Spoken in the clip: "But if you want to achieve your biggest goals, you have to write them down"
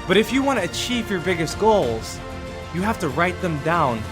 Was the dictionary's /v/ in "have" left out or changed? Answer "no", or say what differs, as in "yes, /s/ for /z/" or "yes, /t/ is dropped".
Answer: yes, /f/ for /v/